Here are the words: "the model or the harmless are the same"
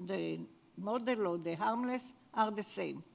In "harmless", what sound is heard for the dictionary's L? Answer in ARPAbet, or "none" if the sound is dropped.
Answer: L